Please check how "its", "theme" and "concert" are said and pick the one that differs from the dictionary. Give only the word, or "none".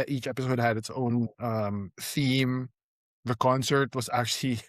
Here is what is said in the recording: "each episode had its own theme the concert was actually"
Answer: none